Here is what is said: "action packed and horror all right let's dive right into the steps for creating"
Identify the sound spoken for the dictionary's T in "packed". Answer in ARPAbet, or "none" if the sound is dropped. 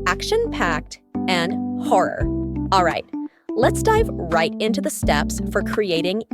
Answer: T